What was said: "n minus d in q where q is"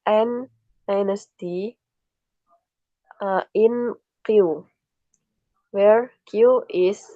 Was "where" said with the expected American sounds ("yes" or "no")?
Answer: yes